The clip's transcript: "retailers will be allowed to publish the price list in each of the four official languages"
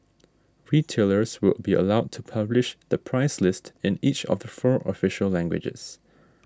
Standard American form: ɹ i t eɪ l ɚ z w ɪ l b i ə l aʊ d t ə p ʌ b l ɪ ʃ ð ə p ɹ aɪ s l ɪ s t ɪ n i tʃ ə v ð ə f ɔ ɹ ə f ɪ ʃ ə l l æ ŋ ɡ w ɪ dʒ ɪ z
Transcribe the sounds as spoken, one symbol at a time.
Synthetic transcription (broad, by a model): ɹ i t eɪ l ɚ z w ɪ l b i ə l aʊ d t ə p ʌ b l ɪ ʃ ð ə p ɹ aɪ s l ɪ s t ɪ n i tʃ ə v ð ə f ɔ ɹ ə f ɪ ʃ ə l l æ ŋ ɡ w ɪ dʒ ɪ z